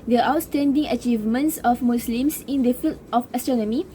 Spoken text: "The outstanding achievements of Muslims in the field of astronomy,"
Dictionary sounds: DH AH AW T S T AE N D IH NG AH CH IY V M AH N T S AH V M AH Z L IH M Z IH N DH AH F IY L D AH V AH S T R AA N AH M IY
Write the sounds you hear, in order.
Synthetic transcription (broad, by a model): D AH AW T S T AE N D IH NG AH CH IY V M AH N T S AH F M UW S L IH M S IH N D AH F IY L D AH F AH S T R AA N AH M IY